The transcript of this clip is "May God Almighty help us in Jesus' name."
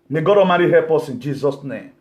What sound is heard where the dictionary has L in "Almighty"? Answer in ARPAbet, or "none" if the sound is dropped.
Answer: none